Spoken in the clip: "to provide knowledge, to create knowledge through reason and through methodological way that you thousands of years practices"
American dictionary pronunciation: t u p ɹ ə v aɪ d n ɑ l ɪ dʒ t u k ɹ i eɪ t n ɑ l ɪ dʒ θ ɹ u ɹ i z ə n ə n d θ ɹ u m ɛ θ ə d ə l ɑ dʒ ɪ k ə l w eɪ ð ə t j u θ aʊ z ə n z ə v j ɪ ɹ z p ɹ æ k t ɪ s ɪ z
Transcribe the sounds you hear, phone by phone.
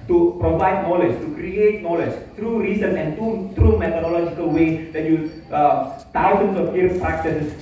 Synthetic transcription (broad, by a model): t u p ɹ ə v aɪ d n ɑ l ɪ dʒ t u k ɹ i eɪ t n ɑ l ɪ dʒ t ɹ u ɹ i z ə n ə n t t ɹ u m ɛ t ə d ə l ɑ dʒ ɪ k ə l w eɪ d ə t j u t aʊ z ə n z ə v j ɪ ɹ p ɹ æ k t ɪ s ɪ